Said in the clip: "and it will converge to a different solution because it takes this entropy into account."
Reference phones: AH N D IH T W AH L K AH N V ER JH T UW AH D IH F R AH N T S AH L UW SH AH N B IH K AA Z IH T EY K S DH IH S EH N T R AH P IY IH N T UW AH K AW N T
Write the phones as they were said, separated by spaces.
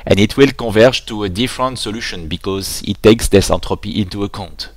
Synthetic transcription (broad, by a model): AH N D IH T W AH L K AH V ER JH T UW AH D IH F R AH N T S AH L UW SH AH N B IH K AA Z IH T EY K S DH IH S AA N T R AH P IY IH N T UW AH K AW N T